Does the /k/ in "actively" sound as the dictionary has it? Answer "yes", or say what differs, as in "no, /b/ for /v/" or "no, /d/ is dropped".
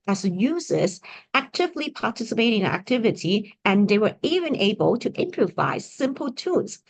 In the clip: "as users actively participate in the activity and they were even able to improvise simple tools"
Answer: yes